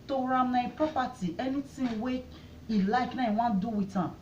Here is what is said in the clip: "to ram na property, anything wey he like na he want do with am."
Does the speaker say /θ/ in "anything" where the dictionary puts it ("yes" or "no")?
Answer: no